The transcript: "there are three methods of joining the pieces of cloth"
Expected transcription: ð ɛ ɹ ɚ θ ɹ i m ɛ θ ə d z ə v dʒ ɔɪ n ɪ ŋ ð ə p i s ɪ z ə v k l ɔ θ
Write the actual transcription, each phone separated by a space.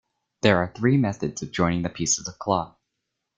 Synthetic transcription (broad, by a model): ð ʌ ɹ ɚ θ ɹ i m ɛ θ ə d z ə v dʒ ɔɪ n ɪ ŋ ð ə p i s ɪ z ə v k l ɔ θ